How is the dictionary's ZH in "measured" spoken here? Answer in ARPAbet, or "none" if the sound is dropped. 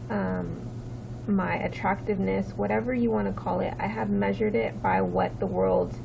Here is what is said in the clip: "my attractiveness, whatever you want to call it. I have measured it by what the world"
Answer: ZH